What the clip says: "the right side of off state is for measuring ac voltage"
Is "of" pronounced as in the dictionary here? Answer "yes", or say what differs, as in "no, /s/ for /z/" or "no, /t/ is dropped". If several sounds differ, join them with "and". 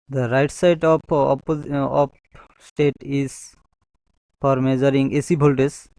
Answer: no, /p/ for /v/